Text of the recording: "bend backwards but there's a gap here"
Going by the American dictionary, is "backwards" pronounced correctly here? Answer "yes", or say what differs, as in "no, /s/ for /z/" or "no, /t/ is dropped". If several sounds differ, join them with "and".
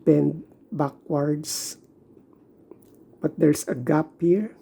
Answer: no, /s/ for /z/